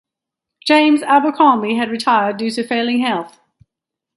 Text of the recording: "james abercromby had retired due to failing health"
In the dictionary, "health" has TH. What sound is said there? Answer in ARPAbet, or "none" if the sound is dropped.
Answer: TH